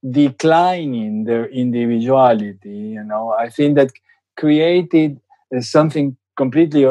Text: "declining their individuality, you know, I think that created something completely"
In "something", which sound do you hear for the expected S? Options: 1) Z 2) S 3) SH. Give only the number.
2